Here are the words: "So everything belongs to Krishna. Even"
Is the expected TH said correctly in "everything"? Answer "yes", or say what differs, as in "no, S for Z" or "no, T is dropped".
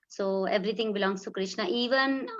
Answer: no, T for TH